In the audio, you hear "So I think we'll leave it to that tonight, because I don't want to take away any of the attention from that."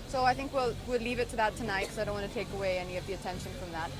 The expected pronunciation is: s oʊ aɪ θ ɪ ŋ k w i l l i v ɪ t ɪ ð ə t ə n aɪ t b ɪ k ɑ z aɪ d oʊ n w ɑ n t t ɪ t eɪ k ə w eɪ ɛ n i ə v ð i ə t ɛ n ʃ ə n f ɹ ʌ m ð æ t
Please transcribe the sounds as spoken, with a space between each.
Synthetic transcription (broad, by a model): s oʊ aɪ θ ɪ ŋ k w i l l i v ɪ t ɪ ð ə t ə n aɪ t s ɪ ɑ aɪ d oʊ n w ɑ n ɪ t eɪ k ə w eɪ ɛ n i ə v ð i ə t ɛ n ʃ ə n f ɹ ʌ m ð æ t